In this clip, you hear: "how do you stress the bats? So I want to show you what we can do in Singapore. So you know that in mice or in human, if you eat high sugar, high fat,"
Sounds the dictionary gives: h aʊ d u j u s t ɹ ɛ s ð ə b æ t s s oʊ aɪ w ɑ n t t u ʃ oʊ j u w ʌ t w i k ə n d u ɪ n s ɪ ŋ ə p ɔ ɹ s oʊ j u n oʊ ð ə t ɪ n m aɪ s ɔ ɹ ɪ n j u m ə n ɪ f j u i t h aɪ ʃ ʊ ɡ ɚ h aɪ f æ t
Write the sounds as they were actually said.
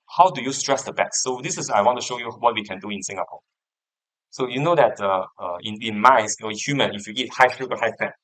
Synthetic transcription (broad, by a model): h aʊ d u j u s t ɹ ɛ s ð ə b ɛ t s s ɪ aɪ w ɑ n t t u ʃ oʊ j u w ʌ t w i k ə n d u ɪ n s ɪ ŋ ə p ɔ ɹ s oʊ j u n oʊ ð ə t ɪ n m aɪ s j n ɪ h j u m ə n ɪ f j u i t h aɪ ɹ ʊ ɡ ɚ h aɪ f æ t